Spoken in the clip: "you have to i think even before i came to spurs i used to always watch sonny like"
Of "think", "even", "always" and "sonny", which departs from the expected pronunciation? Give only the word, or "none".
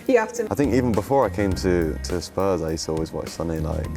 none